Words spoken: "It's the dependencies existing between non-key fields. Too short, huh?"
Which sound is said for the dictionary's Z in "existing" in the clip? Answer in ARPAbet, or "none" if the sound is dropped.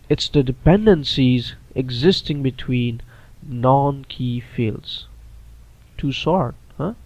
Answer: Z